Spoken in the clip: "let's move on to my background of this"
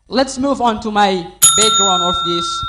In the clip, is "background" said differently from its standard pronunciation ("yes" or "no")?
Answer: yes